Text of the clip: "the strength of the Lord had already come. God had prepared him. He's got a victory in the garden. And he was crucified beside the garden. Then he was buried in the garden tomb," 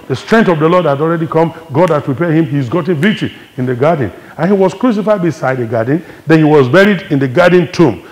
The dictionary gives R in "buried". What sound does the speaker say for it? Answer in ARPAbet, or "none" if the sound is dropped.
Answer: R